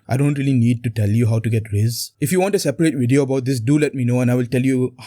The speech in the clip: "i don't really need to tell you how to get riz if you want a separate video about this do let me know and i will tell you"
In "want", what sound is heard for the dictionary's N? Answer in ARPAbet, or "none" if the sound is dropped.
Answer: N